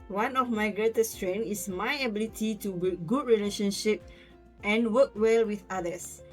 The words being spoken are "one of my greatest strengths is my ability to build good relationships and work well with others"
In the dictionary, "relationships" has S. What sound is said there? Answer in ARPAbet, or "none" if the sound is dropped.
none